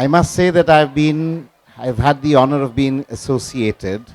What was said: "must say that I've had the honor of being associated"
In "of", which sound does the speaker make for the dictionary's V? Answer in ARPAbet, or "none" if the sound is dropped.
V